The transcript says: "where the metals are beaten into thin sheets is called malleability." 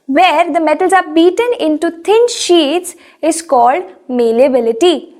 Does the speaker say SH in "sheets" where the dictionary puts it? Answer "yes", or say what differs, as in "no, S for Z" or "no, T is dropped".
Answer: yes